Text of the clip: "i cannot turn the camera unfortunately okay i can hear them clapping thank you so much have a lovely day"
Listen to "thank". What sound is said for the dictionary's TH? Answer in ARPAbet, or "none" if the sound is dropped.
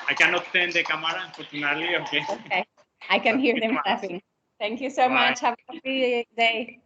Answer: T